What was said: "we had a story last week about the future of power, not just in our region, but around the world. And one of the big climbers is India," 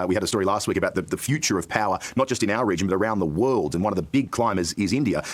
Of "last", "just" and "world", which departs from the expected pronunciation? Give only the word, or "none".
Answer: none